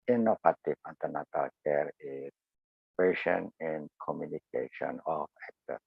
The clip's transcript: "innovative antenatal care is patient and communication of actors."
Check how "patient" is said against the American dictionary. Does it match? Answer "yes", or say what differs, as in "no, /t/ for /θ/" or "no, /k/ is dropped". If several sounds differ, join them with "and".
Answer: no, /t/ is dropped